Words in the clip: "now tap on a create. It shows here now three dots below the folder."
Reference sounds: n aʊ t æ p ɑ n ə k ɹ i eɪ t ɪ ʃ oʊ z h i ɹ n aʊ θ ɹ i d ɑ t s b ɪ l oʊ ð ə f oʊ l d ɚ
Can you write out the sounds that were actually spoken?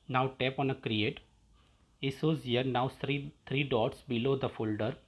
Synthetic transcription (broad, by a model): n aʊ t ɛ p ɑ n ə k ɹ i eɪ t ɪ s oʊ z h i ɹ n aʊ t ɹ i d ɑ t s b ɪ l oʊ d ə f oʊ l d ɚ